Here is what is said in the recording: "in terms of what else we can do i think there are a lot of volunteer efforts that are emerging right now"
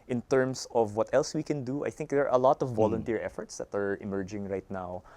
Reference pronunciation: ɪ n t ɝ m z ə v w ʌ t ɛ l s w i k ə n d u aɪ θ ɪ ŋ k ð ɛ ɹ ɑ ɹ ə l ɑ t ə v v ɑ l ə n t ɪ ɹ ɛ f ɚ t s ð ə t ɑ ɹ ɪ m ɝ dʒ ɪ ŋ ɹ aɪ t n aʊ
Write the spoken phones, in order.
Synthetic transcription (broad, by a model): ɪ n t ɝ m s ə v w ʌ t ɛ l s w i k ə n d u aɪ θ ɪ ŋ k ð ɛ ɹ ɑ ɹ ə l ɑ t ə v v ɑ l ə n t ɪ ɹ ɛ f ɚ t s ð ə t ɑ ɹ ɪ m ɝ dʒ ɪ ŋ ɹ aɪ t n aʊ